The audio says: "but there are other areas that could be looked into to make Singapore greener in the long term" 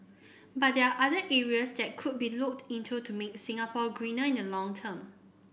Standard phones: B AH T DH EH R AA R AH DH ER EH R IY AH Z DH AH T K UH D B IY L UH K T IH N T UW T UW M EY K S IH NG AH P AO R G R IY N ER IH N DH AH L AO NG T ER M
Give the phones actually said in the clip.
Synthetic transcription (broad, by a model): B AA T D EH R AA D AH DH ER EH R IY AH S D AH T K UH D B IY L UH K T IH N T UW T UW M EY K S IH NG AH P AO G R IY N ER IH N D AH L AO NG T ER M